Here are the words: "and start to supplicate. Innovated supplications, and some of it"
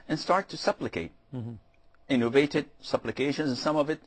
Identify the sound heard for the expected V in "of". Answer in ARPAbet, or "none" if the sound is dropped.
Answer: V